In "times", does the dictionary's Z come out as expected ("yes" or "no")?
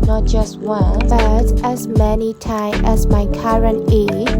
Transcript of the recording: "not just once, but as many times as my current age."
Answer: no